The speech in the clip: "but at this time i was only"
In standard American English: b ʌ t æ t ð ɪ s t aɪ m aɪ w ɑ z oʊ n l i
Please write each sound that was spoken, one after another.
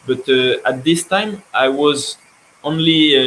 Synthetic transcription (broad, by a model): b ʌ t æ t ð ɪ s t aɪ m aɪ w ɑ z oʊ n l i